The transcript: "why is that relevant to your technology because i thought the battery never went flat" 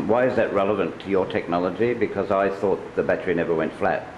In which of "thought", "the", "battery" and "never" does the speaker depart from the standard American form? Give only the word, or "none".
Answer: none